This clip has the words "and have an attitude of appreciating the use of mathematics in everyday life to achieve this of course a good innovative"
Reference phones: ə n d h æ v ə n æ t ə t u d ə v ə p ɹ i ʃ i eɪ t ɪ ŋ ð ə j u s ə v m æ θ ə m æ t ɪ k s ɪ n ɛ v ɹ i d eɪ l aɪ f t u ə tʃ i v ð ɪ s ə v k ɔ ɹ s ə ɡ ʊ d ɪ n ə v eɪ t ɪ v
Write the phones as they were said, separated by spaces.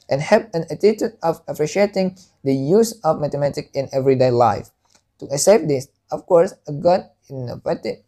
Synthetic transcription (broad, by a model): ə n h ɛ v ə n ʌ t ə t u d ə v ə p ɹ i ʃ i eɪ t ɪ ŋ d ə j u s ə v m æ t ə m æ t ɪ k ɪ n ɛ v ɹ i d eɪ l aɪ f t u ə s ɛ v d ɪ s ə f k ɔ ɹ s ə ɡ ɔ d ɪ n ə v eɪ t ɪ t